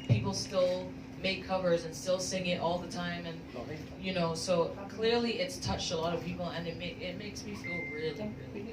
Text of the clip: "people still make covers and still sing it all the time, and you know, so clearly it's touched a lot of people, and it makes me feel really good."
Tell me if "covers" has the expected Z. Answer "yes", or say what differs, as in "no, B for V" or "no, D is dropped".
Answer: yes